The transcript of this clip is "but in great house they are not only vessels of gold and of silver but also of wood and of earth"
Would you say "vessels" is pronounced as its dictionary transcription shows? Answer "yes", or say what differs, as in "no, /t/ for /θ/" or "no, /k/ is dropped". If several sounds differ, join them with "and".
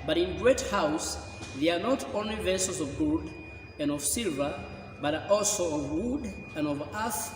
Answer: no, /l/ is dropped